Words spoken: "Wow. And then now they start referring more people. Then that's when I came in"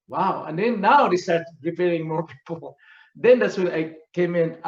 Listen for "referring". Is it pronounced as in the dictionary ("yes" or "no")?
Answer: no